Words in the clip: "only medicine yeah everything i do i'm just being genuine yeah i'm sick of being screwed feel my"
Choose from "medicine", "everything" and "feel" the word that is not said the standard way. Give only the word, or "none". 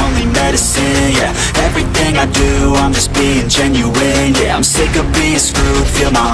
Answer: none